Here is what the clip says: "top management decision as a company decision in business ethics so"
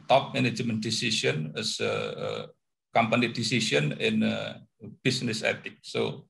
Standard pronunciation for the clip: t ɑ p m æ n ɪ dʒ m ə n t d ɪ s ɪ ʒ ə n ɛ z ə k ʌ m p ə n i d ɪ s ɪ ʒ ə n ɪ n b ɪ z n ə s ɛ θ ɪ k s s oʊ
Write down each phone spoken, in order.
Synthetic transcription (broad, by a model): t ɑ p m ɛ n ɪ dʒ m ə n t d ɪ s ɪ ʃ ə n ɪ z ə k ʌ m p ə n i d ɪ s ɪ ʃ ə n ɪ n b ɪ s n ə s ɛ t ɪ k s s oʊ